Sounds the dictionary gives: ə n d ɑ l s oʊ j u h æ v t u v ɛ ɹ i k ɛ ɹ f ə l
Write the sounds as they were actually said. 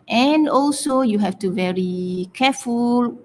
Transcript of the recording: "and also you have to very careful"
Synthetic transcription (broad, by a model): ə n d ɑ l s oʊ j u h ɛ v t u v ɛ ɹ i k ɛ f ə l